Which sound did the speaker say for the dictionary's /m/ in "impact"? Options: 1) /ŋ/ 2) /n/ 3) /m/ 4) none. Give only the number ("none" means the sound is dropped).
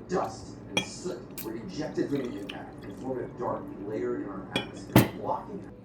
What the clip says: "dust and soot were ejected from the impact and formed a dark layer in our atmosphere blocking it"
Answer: 4